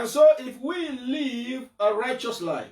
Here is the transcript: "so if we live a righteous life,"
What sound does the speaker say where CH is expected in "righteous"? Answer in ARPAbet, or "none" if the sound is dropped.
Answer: CH